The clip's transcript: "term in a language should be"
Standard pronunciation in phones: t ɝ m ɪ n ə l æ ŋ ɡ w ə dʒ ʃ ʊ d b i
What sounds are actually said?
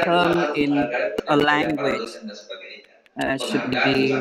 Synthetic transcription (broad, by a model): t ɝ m ɪ n ə l æ ŋ ɡ w ə dʒ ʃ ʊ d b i